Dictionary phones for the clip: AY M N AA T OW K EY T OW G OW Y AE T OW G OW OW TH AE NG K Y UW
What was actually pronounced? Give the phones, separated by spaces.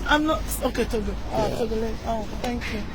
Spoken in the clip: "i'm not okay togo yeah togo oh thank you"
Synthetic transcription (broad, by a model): AY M N AA T OW K EY T OW G OW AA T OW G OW OW T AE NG K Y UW